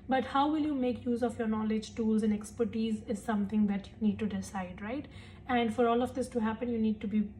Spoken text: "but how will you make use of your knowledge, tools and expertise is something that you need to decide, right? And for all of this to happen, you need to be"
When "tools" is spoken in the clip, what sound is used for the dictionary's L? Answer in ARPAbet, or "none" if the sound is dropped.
L